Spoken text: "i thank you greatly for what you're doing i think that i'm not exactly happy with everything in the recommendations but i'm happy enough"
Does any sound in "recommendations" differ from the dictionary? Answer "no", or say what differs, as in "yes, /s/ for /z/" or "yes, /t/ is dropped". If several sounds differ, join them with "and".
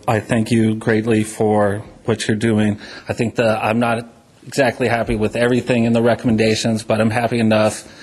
no